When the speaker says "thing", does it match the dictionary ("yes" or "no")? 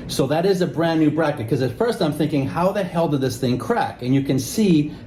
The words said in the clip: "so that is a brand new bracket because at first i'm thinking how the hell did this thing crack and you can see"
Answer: yes